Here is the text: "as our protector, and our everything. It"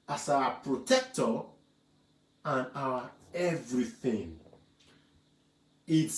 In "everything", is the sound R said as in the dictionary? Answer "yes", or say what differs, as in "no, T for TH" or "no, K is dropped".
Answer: yes